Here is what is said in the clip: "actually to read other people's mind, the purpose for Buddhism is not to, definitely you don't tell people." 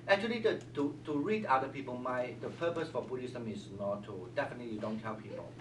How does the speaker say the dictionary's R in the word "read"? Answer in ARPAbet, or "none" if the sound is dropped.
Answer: R